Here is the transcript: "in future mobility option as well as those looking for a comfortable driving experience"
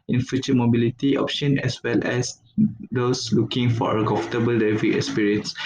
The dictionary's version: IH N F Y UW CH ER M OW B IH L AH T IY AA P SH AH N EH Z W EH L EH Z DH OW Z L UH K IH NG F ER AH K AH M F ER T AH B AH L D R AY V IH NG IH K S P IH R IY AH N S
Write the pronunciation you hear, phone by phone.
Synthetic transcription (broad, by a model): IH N F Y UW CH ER M OW B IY L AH T IY AA P SH AH N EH S W EH L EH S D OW S L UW K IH NG F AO AH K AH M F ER T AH B AH L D AY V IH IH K S P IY R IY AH N S